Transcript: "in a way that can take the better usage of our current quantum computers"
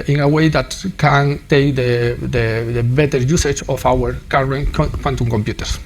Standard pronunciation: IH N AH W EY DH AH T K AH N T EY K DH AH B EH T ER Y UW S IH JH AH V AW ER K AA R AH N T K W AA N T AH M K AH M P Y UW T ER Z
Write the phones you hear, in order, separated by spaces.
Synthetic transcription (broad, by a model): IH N AH W EY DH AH T K AH N T EY K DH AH B EH T ER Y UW S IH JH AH F AW ER K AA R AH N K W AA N T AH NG K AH M P Y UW T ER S